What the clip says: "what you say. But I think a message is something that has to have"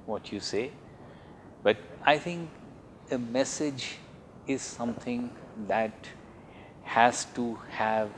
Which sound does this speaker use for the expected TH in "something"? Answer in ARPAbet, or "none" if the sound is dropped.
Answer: T